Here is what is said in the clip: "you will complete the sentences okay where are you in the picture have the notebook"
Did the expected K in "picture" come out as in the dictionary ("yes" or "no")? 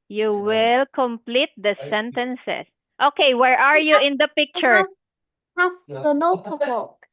yes